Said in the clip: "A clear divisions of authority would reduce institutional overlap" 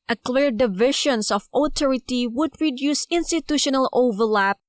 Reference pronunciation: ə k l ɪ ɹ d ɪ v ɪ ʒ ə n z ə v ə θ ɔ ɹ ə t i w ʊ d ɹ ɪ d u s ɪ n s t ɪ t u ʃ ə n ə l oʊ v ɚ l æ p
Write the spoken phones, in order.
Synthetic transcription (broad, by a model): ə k l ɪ ɹ d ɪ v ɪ ʃ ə n s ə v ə t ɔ ɹ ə t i w ʊ d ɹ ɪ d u s ɪ n s t ɪ t u ʃ ə n ə l oʊ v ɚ l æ p